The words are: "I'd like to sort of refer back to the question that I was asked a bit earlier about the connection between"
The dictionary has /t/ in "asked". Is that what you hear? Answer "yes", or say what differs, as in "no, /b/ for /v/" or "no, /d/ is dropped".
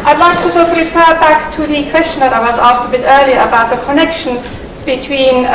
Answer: yes